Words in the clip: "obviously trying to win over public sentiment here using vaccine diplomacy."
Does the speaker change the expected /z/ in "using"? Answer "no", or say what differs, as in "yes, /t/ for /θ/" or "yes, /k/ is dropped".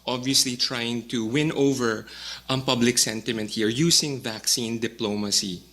yes, /s/ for /z/